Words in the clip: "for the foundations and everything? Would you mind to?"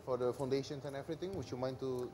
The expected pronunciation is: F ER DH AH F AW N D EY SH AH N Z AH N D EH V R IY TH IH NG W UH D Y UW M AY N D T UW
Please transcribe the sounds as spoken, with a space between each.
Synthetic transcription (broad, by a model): F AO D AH F AW N D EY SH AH N S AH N EH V R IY T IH NG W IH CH Y UW M AY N T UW